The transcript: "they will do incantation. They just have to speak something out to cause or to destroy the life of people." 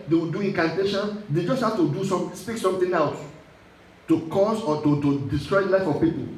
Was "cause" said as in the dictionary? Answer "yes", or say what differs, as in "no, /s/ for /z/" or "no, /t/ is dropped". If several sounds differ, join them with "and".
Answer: no, /s/ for /z/